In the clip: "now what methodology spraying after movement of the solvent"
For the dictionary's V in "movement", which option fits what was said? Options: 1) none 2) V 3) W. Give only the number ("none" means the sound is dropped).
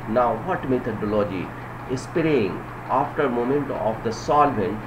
1